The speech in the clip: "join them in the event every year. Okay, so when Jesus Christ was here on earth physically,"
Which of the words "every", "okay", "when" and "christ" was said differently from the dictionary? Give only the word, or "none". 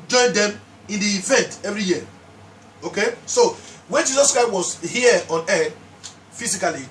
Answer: none